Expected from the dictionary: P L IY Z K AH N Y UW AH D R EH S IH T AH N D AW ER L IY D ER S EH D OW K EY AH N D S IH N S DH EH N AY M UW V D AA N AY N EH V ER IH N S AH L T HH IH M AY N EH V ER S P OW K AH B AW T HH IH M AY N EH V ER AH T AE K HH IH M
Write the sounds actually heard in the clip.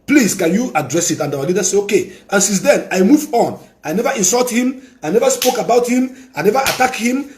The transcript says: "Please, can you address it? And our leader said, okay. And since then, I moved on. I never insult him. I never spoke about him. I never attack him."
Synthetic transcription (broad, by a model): P L IY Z K AH N Y UW AH D R EH S IH T AH N D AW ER L IY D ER S EH OW K EY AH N S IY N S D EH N AY M UW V AA N AY N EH V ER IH N S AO L T HH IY M AY N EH V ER S P OW K AH B AW T HH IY M AY N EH V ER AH T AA K HH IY M